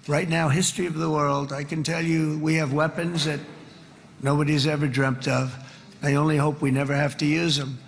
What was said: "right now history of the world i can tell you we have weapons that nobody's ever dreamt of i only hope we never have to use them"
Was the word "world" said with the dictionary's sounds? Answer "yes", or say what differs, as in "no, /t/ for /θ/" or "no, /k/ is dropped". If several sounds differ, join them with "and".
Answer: yes